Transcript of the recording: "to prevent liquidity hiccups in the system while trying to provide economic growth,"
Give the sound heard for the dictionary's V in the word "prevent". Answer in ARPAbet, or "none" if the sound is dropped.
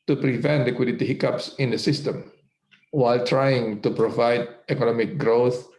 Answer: V